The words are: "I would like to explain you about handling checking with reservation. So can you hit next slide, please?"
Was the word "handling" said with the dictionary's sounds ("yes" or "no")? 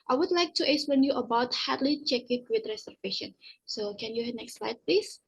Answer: no